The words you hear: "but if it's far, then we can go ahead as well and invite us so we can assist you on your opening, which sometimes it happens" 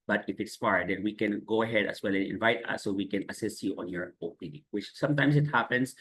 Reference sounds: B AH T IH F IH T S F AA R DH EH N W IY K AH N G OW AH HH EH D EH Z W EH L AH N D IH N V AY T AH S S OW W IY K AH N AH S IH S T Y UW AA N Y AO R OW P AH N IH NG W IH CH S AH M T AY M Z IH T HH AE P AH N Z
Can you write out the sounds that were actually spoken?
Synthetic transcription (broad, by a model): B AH T IH F IH T S F AA R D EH N W IY K AH N G OW AH HH EH D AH S W EH L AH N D IH N V AY T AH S S OW W IY K AH N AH S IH S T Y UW AA N Y AO R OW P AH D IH W IH CH S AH M T AY M S IH T HH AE P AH N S